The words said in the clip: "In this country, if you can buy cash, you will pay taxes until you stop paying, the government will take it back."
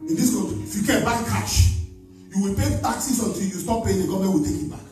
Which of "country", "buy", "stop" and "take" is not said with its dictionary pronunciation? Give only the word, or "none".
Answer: country